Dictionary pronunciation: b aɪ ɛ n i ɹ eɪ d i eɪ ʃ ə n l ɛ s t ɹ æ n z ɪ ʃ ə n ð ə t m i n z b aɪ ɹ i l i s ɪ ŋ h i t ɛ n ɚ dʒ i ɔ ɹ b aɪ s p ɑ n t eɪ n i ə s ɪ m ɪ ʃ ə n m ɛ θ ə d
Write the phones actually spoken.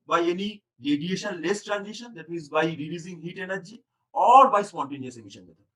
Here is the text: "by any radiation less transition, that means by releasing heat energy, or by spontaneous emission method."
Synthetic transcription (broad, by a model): b aɪ ɛ n i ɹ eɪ d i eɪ ʃ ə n l ɛ s t ɹ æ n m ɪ ʃ ə n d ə t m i z b aɪ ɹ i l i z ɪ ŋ h i t ɛ n ɚ dʒ i ɔ ɹ b aɪ s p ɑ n t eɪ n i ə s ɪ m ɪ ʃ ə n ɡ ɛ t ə